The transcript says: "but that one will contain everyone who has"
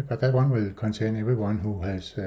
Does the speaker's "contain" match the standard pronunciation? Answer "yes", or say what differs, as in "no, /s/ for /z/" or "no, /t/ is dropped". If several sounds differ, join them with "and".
no, /s/ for /t/